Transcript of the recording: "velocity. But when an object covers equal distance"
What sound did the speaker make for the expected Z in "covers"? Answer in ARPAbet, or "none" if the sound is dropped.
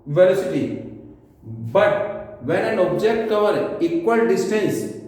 none